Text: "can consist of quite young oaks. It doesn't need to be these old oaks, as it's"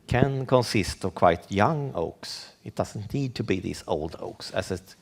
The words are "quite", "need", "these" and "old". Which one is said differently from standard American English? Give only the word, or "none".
these